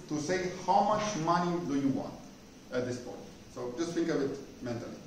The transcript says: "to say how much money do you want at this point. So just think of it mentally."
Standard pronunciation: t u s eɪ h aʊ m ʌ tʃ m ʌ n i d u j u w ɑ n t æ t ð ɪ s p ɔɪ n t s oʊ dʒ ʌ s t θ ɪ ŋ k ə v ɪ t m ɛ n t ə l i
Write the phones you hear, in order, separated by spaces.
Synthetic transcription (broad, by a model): t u s eɪ h aʊ m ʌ tʃ m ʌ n i d u j u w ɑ n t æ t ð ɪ s p ɔɪ n t s oʊ dʒ ʌ s t f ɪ ŋ k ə b ɪ t m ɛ n t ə l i